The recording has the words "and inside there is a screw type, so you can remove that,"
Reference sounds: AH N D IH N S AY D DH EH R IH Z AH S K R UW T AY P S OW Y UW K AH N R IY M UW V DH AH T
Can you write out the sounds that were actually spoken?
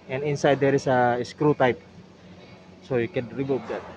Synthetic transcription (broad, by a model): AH N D IH N S AY D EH R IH S AH S K R UW T AY P S OW Y UW K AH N R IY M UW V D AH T